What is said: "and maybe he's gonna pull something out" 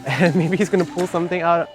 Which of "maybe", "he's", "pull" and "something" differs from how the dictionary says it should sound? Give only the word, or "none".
none